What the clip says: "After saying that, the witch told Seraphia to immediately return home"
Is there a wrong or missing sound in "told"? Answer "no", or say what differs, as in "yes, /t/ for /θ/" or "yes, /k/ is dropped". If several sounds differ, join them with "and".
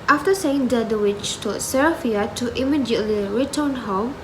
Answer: yes, /l/ is dropped